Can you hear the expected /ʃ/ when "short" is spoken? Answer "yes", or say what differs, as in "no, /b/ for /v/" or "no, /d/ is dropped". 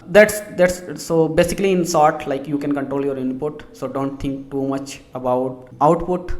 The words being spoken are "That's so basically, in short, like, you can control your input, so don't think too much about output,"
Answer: no, /s/ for /ʃ/